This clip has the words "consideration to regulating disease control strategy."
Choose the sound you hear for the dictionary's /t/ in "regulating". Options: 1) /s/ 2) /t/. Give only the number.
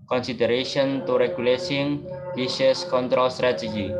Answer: 1